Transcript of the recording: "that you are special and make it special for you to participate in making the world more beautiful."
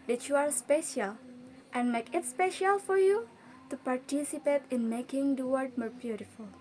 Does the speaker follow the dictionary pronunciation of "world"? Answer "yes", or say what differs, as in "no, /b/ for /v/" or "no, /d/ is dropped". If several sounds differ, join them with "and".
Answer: no, /l/ is dropped